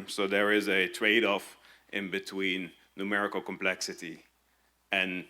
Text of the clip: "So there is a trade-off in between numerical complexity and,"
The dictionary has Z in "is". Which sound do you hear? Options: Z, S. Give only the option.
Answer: Z